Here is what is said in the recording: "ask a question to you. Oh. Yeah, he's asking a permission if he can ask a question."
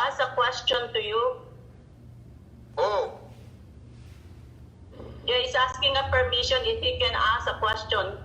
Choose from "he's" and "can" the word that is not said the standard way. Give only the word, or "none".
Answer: he's